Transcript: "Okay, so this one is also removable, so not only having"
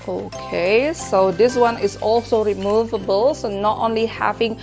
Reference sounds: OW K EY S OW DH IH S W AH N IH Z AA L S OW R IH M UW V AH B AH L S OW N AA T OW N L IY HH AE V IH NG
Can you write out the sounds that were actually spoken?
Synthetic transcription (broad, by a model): OW K EY S OW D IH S W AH N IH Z AA L S OW R IH M UW V AH B AH L S OW N AA T OW N L IY HH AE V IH NG